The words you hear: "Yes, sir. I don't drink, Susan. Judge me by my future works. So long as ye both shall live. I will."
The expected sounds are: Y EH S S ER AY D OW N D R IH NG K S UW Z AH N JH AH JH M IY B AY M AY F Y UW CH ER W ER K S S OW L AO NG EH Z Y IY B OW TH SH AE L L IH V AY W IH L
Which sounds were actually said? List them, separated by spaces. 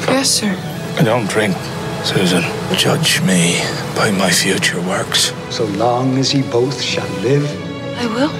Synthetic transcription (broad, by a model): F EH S S ER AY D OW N D R IH NG K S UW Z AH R JH AH JH M IY B AY M AY F Y UW CH ER W ER K S S OW L AO NG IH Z IY B OW TH SH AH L L IH V AY W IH L